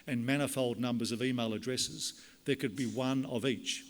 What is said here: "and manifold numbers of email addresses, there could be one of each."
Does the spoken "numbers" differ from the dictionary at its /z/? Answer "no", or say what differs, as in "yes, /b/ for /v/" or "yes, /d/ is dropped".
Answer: no